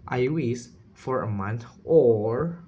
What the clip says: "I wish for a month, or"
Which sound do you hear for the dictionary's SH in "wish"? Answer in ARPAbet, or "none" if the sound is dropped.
S